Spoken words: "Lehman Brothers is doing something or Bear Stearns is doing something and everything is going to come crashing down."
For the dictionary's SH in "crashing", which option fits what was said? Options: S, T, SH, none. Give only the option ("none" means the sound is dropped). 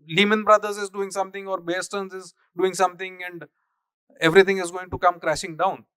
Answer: SH